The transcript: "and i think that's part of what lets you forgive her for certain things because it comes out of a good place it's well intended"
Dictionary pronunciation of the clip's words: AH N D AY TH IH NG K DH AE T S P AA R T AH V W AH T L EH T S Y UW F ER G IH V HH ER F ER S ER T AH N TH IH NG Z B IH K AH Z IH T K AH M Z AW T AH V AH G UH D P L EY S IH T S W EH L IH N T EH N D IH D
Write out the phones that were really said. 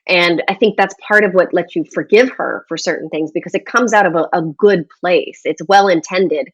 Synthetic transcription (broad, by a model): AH N AY TH IH NG K DH AE T S P AA R T AH V W AH T L EH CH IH F ER G IH V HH ER F ER S ER T N TH IH NG Z B IH K AH Z IH T K AH M Z AW T AH V AH G UH D P L EY S IH T S W EH L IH N T EH N D IH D